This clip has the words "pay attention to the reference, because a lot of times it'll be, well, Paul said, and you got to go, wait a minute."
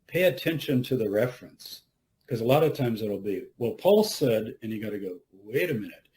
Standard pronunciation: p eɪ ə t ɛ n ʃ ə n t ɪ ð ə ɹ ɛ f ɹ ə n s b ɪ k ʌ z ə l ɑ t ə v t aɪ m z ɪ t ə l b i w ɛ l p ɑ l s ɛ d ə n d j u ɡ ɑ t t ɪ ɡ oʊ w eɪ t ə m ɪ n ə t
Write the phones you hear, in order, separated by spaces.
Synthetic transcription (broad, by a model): p eɪ ə t ɛ n ʃ ə n t ɪ ð ə ɹ ɛ f ɹ ə n s k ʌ z ə l ɑ t ə v t aɪ m z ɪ t l b i w ɛ l p ɑ l s ɛ d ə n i ɡ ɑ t t ɪ ɡ oʊ w eɪ t ə m ɪ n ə t